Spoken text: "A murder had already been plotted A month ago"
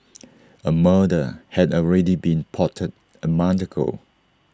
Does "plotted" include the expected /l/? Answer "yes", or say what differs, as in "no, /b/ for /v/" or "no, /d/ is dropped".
no, /l/ is dropped